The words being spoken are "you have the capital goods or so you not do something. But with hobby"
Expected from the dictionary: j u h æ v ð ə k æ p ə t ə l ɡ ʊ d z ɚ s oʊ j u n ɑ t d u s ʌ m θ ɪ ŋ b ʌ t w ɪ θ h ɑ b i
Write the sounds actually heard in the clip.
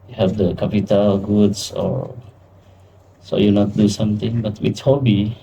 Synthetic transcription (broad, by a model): j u h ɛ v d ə k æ p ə t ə l ɡ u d s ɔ s oʊ j u n ɑ t d u s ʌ m t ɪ ŋ b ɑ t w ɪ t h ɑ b i